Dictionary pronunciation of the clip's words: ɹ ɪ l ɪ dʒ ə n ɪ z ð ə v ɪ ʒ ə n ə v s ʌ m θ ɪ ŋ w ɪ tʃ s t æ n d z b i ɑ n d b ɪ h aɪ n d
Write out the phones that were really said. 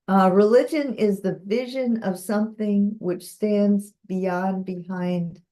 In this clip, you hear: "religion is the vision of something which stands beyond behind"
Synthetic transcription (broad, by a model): ɹ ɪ l ɪ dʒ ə n ɪ z ð ə v ɪ ʒ ə n ə v s ʌ m θ ɪ ŋ w ɪ tʃ s t æ n d z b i ɑ n b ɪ h aɪ n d